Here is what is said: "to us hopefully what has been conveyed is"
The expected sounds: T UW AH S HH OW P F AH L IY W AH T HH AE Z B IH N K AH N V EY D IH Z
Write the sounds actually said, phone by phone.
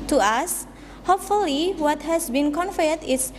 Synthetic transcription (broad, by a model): T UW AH S HH OW P F AH L IY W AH T HH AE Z B IH N K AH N F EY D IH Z